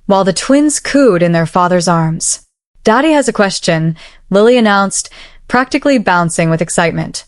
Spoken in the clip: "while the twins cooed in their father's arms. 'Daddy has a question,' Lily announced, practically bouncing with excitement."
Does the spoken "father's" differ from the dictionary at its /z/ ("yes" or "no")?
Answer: no